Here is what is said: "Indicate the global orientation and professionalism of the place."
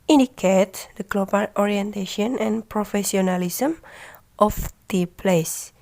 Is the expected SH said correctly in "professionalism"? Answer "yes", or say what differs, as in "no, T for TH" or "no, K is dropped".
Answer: no, S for SH